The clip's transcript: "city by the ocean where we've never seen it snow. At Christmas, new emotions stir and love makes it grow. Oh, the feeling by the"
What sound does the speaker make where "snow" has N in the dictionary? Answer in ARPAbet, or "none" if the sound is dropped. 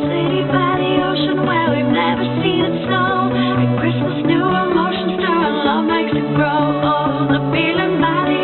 none